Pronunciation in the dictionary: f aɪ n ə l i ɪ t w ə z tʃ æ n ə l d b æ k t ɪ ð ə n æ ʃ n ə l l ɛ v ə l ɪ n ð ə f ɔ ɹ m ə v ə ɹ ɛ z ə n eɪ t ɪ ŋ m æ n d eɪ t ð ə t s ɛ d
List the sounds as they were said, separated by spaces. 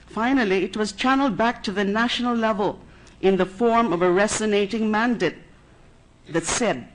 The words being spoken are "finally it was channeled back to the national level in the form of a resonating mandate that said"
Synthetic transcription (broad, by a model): f aɪ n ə l i ɪ t w ə z tʃ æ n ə l d b æ k t ɪ ð ə n æ ʃ n ə l l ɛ v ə l ɪ n ð ə f ɔ ɹ m ə v ə ɹ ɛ s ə n eɪ t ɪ ŋ m æ n d eɪ t ð ə t s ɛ d